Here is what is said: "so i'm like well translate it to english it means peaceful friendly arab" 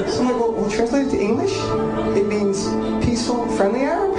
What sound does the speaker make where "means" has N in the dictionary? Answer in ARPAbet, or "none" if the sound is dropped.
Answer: N